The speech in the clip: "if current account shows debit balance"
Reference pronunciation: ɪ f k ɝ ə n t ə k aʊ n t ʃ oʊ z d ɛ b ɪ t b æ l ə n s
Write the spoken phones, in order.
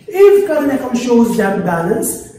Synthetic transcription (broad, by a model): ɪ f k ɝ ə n ə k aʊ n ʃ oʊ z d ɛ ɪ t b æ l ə n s